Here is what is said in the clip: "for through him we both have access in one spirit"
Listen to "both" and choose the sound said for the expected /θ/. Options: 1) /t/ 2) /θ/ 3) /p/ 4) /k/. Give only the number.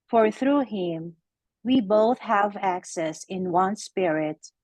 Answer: 2